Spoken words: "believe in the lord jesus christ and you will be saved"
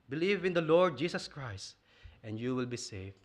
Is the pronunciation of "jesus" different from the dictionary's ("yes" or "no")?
yes